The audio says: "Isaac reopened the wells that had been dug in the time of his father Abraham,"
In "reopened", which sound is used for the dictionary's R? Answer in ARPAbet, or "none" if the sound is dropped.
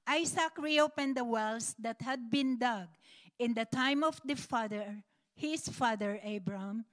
R